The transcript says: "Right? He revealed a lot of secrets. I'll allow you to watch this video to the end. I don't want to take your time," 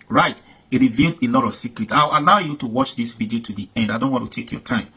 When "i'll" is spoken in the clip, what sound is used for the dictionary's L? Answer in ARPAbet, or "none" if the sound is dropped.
W